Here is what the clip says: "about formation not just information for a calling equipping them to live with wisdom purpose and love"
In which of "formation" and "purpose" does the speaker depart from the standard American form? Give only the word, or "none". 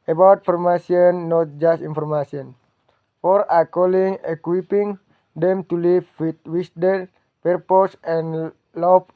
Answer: formation